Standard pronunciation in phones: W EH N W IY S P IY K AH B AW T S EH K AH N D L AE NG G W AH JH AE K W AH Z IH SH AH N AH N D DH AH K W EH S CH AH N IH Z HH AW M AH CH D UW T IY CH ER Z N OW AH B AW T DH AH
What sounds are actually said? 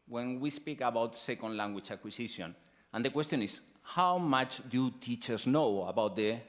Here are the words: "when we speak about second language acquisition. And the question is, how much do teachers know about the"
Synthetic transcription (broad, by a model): W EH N W IY S P IY K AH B AW T S EH K AH N D L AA NG G W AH CH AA K W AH S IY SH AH N AH N D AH K W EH S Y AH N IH S HH AW M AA CH D UW T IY CH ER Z N OW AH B AW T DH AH